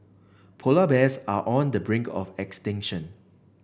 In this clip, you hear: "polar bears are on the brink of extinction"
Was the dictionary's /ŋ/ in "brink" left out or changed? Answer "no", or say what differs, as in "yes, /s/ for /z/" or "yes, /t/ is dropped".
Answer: no